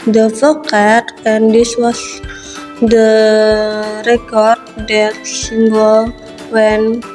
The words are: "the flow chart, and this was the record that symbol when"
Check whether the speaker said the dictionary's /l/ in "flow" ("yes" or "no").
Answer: no